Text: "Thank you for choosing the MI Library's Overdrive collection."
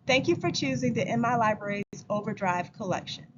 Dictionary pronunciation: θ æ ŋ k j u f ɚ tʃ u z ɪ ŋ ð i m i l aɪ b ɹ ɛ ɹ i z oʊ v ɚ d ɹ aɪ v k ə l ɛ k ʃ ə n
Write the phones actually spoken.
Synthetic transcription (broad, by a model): θ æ ŋ k j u f ɚ tʃ u z ɪ ŋ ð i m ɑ l aɪ b ɹ ɛ ɹ i z oʊ v ɚ d ɹ aɪ v k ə l ɛ k ʃ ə n